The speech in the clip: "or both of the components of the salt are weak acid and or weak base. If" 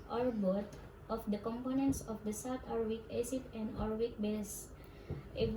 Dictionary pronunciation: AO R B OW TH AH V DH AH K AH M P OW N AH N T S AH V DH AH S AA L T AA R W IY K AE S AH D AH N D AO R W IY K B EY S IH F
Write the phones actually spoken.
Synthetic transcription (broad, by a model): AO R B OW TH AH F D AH K AH M P OW N AH N T S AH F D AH S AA W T AA R W IY K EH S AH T AH N D AO R W IY K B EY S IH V